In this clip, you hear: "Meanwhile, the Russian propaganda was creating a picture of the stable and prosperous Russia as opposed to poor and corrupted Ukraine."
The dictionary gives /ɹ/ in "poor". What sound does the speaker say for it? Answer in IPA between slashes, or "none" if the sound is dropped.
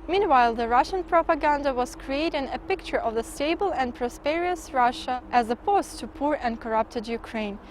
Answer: /ɹ/